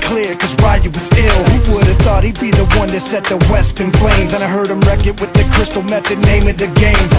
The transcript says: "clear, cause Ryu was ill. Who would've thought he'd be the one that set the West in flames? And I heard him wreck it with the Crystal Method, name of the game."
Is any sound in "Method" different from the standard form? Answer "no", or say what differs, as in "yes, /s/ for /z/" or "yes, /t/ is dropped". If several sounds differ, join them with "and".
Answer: no